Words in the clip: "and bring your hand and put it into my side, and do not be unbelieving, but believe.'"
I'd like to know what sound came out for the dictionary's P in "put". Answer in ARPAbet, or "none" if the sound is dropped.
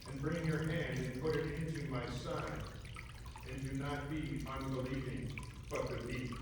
P